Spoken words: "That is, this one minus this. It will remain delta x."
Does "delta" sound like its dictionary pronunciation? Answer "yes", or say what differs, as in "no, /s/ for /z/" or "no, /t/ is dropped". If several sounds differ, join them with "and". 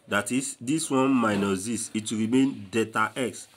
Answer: no, /l/ is dropped